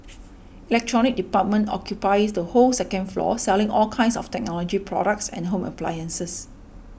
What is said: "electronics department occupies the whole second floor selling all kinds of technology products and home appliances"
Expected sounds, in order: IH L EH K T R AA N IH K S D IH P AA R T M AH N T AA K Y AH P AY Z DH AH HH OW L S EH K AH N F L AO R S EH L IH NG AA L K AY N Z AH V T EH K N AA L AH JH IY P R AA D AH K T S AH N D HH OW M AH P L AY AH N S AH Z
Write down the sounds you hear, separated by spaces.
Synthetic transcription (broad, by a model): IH L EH K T R AA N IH K D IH P AA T M AH N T AA K Y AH P AY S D AH HH OW L S EH K AH N F L AO S EH L IH NG AA L K AY N S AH F T EH K N AA L AH JH IY P R AA D AH K T S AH N HH OW M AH P L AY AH N S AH S